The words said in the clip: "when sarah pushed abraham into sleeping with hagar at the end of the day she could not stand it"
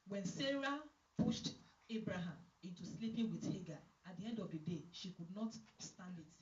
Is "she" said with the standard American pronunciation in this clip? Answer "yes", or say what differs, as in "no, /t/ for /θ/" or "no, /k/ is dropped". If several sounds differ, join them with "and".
yes